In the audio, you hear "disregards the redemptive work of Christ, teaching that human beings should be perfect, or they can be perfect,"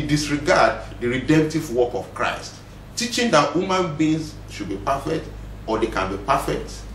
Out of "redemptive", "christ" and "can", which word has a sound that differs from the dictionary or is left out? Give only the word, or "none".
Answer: none